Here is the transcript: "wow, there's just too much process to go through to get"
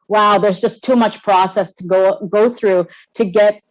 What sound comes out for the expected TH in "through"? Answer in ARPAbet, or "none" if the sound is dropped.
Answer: TH